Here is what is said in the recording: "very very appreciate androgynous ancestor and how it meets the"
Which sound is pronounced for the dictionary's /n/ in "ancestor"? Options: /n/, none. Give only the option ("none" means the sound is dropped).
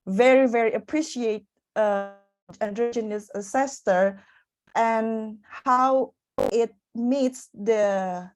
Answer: none